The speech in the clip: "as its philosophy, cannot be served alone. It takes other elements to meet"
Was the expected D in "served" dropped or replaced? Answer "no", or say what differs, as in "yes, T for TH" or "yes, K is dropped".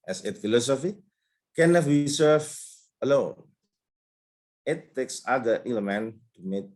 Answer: yes, D is dropped